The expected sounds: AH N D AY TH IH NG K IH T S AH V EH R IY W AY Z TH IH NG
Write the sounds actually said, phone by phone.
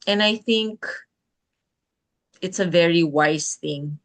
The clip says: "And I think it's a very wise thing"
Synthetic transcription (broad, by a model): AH N AY TH IH NG K IH T S AH V EH R IY W AY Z TH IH NG